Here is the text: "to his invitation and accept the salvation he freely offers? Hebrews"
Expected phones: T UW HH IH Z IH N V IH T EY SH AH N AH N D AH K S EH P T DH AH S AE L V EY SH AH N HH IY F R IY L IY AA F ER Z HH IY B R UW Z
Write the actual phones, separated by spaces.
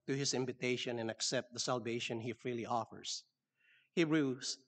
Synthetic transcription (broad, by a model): T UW HH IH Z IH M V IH T EY SH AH N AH N AH K S EH P T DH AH S AE L V EY SH AH N HH IY F R IY L IY AA F ER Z HH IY R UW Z